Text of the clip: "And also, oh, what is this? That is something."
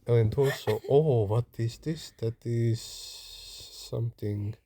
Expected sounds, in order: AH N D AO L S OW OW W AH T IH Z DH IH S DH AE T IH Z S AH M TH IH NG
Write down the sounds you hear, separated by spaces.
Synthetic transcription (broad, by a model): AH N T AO S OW OW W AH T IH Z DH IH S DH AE T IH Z S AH M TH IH NG